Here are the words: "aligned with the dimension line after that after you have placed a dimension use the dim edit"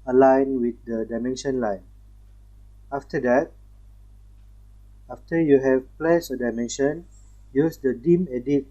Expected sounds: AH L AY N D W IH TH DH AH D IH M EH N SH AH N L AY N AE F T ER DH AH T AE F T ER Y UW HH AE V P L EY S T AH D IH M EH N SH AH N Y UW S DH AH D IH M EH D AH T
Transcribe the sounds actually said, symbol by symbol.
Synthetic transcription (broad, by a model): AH L AY N W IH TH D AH D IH M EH N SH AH N L AY N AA F T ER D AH T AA F T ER Y UW HH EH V P L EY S AH D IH M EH N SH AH N Y UW S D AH D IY M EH D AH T